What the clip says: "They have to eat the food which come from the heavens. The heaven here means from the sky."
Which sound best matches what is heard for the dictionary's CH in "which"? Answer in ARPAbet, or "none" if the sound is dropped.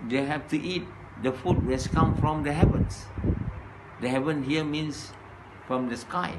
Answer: S